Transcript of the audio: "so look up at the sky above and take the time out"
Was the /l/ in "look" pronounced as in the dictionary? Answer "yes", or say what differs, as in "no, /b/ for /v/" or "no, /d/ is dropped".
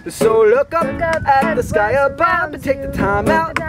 yes